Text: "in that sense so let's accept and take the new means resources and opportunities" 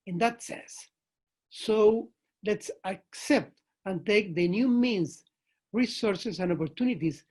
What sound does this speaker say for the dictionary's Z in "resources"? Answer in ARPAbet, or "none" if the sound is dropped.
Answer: S